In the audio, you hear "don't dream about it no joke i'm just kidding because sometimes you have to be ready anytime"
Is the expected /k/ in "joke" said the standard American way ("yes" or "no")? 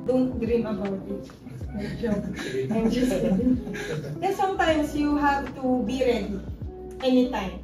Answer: no